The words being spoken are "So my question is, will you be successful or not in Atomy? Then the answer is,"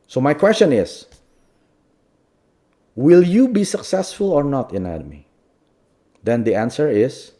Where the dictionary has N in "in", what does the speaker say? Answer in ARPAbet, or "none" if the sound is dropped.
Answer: N